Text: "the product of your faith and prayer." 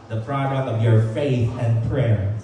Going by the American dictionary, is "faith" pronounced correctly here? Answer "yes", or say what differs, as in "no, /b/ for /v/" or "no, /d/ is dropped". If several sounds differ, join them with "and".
yes